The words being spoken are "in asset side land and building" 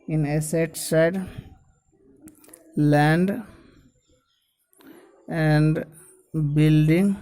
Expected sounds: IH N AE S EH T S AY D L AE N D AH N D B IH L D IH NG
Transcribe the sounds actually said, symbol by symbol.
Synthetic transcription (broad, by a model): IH N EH S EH T S AY D L AE N D AH N D B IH L D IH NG